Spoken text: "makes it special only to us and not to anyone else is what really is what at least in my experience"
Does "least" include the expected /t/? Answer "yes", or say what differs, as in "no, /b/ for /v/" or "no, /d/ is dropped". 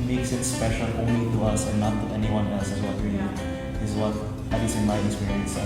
no, /t/ is dropped